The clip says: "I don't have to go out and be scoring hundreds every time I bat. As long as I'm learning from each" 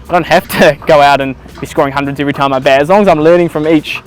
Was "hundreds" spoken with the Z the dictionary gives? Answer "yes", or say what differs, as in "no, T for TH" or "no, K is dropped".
yes